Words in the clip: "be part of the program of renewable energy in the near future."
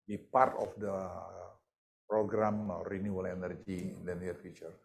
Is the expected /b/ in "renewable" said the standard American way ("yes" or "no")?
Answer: no